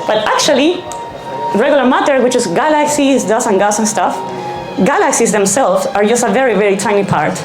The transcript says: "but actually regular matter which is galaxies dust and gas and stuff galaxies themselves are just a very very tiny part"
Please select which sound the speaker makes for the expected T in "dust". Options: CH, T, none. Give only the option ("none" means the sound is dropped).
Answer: none